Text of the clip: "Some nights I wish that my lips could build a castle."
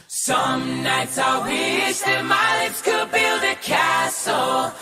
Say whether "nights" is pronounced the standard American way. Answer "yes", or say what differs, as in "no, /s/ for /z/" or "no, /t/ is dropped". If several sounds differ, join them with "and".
yes